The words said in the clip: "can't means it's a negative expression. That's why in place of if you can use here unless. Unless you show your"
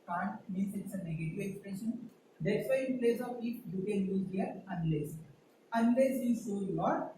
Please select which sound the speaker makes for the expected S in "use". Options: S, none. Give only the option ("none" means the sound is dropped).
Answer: none